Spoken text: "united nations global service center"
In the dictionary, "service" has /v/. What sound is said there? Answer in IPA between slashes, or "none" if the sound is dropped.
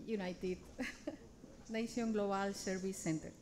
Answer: /b/